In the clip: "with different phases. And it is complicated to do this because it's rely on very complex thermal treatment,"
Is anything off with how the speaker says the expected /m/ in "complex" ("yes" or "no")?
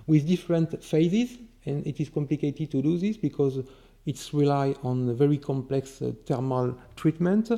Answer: no